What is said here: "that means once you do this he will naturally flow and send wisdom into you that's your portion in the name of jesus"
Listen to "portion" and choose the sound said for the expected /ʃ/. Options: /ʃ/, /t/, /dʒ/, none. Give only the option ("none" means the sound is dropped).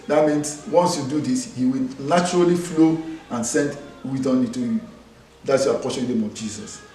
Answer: none